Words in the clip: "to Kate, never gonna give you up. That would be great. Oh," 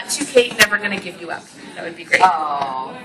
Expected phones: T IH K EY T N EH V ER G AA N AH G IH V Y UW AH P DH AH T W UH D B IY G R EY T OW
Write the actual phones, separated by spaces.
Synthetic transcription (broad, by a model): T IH K EY T N EH V ER G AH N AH G IH V Y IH AH P DH AH T W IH D B IY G R EY OW